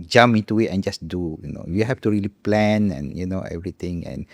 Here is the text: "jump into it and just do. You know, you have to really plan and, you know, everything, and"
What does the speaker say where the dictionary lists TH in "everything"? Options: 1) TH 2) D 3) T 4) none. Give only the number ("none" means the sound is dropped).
3